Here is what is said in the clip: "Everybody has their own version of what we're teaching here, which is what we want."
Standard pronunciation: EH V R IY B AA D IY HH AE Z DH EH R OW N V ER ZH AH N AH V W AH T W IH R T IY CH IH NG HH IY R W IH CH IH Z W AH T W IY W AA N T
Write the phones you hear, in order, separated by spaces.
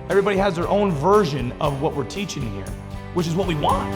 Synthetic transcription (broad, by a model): EH V R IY B AA D IY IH Z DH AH R OW N V ER ZH AH N AH V W AH T W IH R T IY CH IH NG HH IY R W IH CH IH Z W AH T W IY W AA N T